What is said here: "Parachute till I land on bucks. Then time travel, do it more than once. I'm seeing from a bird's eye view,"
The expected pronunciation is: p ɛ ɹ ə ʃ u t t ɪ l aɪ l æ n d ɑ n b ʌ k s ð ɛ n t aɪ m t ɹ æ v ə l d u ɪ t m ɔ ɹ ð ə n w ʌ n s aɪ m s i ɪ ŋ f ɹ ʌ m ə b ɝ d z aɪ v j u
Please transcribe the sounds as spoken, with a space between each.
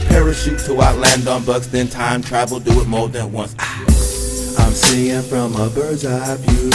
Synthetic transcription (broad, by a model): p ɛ ɹ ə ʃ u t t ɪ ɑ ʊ l æ n d ɑ n b ʌ k s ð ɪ n t aɪ m t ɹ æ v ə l d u ɪ t m ɔ ɹ ð ə n w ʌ n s aɪ m s i ɪ ŋ f ɹ ʌ m ə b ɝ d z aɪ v j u